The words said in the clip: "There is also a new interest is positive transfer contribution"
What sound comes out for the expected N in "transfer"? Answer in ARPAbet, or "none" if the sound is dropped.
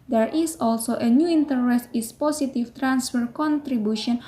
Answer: N